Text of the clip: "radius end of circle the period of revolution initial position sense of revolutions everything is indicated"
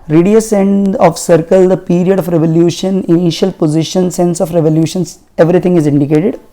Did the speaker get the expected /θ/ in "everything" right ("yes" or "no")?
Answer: no